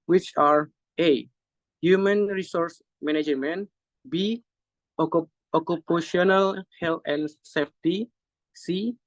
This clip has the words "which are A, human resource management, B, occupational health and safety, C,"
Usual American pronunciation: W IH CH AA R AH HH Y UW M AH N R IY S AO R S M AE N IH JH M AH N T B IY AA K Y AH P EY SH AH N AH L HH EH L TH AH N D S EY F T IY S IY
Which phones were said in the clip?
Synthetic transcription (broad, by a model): W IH CH AA R AH HH Y UW M AH N R IY S AO R S M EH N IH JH M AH N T B IY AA K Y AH P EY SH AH N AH L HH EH L T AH N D S EY F T IY S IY